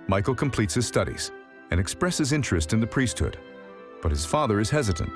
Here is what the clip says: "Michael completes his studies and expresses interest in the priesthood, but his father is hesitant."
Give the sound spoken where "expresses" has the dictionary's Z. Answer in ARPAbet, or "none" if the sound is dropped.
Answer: Z